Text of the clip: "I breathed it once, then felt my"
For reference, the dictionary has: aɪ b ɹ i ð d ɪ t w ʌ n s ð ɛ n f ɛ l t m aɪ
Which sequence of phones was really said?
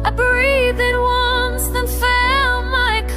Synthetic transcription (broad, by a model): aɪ b ɹ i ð ɪ t w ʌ n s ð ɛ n f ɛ l m aɪ